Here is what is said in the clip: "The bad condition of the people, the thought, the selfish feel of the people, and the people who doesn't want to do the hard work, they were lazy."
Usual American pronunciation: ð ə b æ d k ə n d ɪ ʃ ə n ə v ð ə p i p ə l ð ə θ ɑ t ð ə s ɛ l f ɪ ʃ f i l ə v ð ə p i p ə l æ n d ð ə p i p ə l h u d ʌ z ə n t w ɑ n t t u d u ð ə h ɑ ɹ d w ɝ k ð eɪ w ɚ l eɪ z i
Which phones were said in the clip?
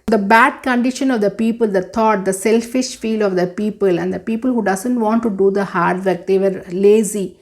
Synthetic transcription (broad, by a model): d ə b æ d k ə n d ɪ ʃ ə n ə v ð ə p i p ə l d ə t ɑ t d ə s ɛ l f ɪ ʃ f i l ə v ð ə p i p ə l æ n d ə p i p ə l h u d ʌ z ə n t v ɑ n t t u d u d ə h ɑ ɹ d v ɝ k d eɪ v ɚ l eɪ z i